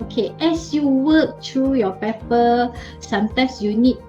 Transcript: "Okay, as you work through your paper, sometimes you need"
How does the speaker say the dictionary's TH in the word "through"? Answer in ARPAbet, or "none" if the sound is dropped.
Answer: T